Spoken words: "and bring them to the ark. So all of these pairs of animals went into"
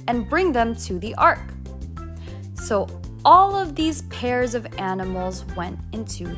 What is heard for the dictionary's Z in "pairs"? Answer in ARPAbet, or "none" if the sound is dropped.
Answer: Z